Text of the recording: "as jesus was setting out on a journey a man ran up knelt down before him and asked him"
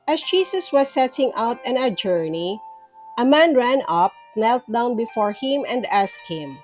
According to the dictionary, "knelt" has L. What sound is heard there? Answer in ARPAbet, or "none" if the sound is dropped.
L